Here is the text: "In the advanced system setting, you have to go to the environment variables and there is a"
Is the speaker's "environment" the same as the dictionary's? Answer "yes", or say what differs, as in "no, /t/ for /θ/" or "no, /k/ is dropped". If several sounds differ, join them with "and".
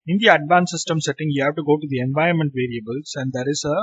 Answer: no, /ɹ/ is dropped